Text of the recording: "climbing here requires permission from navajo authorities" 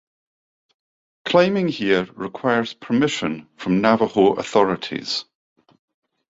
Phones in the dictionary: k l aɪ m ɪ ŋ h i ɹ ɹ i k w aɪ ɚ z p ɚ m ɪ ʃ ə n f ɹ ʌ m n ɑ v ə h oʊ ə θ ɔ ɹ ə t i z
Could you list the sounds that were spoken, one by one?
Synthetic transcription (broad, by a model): k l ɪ m ɪ ŋ h i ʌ ɹ i k w aɪ ɚ z p ɚ m ɪ ʃ ə n f ɹ ʌ m n ɑ v ə h oʊ ə θ ɔ ɹ ə t i z